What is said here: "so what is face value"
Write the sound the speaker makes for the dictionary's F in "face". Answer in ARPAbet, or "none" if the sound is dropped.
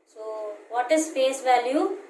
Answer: P